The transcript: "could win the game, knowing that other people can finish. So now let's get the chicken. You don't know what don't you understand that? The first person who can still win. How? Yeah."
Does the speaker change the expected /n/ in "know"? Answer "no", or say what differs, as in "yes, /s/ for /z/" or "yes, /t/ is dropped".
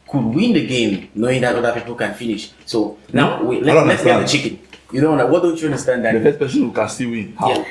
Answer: yes, /l/ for /n/